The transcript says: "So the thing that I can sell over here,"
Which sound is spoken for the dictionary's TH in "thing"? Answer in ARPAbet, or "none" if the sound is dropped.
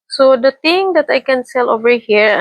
T